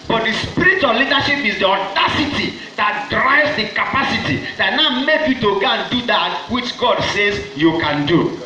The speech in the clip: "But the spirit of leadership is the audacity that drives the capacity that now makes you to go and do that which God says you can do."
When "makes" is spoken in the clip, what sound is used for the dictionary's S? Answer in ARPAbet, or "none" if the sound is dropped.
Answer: none